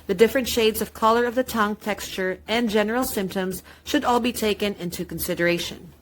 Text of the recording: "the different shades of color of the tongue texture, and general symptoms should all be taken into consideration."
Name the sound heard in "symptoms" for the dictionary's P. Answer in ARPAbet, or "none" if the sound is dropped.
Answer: P